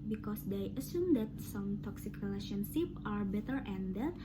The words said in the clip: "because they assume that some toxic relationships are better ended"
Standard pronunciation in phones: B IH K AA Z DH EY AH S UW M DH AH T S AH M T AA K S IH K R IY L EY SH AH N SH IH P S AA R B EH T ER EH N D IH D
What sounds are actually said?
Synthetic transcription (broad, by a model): B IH K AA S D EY AH S UW M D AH T S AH M T AA K S IH K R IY L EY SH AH N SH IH P AA R B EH T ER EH N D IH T